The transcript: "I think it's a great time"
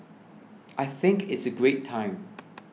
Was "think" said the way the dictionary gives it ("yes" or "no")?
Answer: yes